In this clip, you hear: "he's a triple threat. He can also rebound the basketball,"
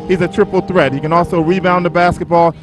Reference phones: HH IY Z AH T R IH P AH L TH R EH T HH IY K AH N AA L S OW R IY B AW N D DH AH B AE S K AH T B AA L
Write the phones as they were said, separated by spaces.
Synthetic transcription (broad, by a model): HH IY Z AH T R IH P L TH R EH T HH IY K AH N AA L S OW R IY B AW N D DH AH B AE S K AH T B AA L